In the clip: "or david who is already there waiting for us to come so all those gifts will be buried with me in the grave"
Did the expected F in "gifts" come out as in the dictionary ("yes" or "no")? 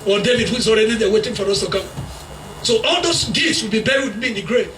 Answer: no